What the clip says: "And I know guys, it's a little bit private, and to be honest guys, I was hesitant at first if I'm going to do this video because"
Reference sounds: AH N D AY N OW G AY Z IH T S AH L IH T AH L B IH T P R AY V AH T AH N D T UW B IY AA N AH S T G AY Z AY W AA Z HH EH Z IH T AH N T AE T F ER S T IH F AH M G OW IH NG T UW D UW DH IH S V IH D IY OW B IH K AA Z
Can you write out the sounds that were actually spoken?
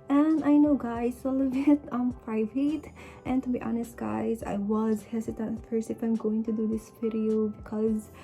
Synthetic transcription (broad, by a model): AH N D AY N OW G AY Z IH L AH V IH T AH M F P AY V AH T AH N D T UW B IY AA N AH S T G AY Z AY W AA Z HH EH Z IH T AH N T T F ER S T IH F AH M G OW IH NG T UW D UW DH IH S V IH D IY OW B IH K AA Z